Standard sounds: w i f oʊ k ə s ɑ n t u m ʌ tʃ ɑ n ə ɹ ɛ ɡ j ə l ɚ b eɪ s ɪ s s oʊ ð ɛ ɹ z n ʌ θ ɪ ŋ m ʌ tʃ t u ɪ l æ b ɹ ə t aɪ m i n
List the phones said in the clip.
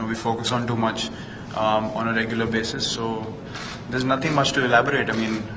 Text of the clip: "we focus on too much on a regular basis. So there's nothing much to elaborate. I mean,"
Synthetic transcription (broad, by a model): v i f oʊ k ə s ɑ n t u m ʌ tʃ ɑ n ə ɹ ɛ ɡ j ə l ɚ b eɪ s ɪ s s oʊ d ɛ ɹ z n ʌ t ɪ ŋ m ʌ tʃ t u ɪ l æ b ɹ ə t aɪ m i n